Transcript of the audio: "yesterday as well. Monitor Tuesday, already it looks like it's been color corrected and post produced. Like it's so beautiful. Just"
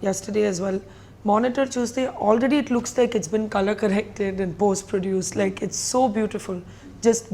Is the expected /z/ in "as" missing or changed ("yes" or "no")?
no